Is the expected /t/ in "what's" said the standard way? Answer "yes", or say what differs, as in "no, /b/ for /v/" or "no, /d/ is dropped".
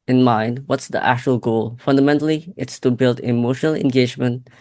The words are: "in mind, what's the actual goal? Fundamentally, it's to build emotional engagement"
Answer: yes